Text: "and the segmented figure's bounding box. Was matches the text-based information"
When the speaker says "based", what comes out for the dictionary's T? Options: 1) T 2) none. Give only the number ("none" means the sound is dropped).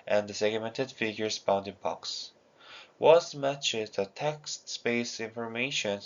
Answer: 2